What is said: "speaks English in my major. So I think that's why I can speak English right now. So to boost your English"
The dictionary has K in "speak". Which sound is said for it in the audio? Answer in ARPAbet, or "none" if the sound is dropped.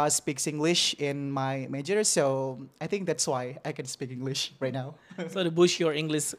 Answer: K